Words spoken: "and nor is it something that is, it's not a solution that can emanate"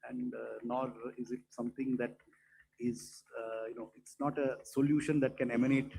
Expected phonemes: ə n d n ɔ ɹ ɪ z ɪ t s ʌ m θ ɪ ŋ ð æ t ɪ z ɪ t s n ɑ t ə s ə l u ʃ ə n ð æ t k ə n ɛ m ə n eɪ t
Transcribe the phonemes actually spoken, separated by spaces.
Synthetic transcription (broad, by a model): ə n d n ɔ ɹ ɪ z ɪ t s ʌ m t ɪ ŋ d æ t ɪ z ɪ t s n ɑ t ə s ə l u ʃ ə n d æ t k ə n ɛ m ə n eɪ t